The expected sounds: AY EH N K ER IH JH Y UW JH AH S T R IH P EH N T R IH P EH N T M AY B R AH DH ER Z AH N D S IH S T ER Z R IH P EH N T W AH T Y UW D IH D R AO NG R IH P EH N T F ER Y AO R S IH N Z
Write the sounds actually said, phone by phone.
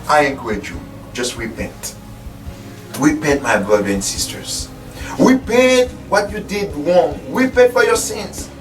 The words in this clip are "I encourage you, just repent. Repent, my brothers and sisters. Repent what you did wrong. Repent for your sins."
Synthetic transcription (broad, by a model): AY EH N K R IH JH Y UW JH AH S T R IH P EH N T R IH P EH N T M AY B R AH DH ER AH N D S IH S T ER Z R IH P EH N T W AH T Y UW D IH D W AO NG R IH P EH N T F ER Y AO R S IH N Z